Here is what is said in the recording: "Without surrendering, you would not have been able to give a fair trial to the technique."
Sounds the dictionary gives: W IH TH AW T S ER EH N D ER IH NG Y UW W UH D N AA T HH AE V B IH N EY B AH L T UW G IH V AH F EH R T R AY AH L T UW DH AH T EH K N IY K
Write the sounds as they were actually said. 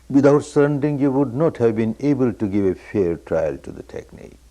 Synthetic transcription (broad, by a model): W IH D AW T S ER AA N D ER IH NG Y UW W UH D N AA T HH AE V B IH N EY B AH L T UW G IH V AH F EH R T R AY AH L T UW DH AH T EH K N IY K